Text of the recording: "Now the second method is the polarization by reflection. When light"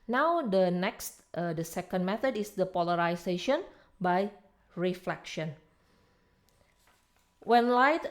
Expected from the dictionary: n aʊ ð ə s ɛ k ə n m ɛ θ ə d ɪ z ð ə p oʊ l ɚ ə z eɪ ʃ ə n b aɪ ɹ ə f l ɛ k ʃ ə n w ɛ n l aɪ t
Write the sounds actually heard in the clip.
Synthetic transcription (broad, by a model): n aʊ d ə s ɛ k ə n m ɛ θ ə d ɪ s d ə p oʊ l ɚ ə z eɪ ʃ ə n b aɪ ɹ ə f l ɛ k ʃ ə n w ɛ n l aɪ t